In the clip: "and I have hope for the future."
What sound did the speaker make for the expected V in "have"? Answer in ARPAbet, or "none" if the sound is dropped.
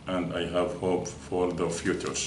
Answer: V